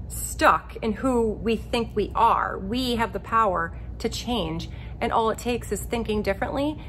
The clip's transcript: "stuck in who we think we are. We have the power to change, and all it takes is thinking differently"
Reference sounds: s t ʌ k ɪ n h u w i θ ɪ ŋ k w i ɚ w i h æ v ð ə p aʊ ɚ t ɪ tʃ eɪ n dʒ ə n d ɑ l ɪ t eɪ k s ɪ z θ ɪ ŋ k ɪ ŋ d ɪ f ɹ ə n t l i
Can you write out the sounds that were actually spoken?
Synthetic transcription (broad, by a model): s t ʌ k ɪ n h u w i θ ɪ ŋ k w i ɚ w i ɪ v ð ə p aʊ ɚ t ɪ tʃ eɪ n dʒ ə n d ɑ l ɪ t eɪ k s ɪ z θ ɪ ŋ k ɪ ŋ d ɪ f ɹ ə n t l i